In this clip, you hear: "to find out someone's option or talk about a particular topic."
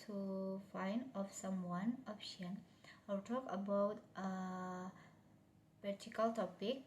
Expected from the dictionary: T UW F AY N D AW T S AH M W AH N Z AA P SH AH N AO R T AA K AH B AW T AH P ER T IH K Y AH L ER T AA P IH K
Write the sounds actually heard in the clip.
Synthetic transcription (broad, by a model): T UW F AY N D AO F S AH M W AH N AA P SH AH N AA L T AA K AH B AW T AH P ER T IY K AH L T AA P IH K